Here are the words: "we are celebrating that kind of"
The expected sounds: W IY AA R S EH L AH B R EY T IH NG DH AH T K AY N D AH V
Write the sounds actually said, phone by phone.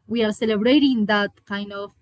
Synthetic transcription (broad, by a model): W IY AA R S EH L AH B R EY T IH NG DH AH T K AY N D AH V